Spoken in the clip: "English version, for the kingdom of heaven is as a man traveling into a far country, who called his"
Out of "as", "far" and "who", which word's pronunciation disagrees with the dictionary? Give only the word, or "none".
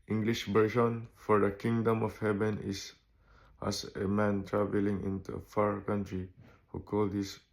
as